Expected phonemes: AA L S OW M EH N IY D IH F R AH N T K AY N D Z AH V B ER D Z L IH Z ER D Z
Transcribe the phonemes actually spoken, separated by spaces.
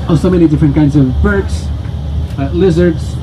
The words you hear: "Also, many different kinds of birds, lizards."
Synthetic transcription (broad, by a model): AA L S OW M EH N IY D IH F R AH N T K AY N D Z AH V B ER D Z L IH Z ER D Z